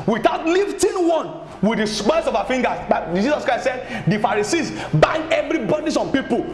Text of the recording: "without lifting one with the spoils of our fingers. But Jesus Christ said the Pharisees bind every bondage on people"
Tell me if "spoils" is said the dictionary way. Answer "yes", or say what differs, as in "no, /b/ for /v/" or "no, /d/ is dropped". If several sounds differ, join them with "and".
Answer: no, /b/ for /p/